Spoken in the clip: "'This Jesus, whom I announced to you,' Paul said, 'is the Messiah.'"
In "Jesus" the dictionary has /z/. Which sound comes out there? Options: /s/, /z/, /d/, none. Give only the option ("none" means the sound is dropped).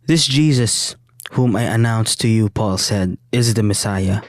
/z/